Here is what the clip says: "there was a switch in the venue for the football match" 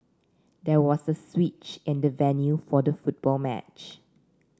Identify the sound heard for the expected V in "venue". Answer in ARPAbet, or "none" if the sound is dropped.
V